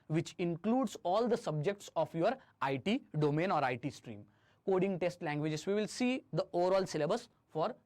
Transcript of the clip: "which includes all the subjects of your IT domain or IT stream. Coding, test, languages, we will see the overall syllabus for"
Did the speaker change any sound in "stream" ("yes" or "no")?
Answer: no